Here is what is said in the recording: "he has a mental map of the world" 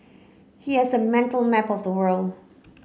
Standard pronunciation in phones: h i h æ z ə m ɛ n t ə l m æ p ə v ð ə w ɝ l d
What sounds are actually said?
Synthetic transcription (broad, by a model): h i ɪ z ə m ɛ n t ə l m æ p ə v ð ə w ɝ l d